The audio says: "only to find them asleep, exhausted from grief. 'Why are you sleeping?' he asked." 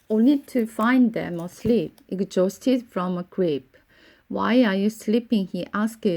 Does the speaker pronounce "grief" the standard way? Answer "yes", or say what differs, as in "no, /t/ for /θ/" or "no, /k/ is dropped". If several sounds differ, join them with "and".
no, /p/ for /f/